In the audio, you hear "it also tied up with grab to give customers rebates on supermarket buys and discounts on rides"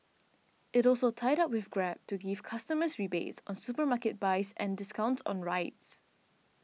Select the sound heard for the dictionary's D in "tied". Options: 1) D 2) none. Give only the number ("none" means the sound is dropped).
1